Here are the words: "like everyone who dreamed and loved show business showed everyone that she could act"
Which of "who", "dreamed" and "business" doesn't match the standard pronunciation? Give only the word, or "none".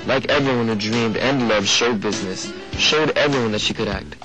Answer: none